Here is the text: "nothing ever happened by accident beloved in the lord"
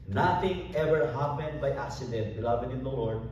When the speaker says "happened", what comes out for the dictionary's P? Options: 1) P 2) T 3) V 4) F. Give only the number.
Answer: 1